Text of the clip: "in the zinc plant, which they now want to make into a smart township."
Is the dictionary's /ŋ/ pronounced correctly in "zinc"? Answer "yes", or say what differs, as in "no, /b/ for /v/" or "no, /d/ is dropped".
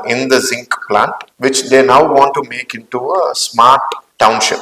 yes